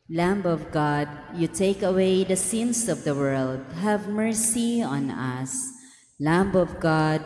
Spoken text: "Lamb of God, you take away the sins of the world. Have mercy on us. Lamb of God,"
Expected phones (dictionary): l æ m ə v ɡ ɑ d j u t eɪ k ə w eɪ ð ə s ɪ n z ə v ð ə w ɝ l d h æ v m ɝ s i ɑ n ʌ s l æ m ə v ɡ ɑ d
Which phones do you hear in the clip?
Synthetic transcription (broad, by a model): l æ m ə v ɡ ɑ d j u t eɪ k ə w eɪ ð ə s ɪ n s ə v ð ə w ɝ l d h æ v m ɝ s i ɑ n ʌ s l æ m ə v ɡ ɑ d